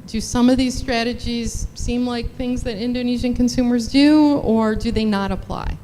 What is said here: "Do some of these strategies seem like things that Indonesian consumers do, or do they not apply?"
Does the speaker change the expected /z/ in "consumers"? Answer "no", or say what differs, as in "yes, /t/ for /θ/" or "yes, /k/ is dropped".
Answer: no